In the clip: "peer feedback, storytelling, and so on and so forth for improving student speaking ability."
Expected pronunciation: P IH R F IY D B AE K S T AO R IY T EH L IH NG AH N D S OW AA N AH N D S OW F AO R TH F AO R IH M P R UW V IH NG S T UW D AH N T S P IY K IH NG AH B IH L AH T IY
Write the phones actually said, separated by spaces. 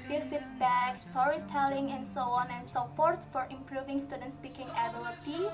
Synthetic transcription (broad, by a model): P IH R F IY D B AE K S T AO R IY T EH L IH NG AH N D S OW AA N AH N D S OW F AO R T F AO R IH M P R UW V IH NG S T UW D AH N T S P IY K IH NG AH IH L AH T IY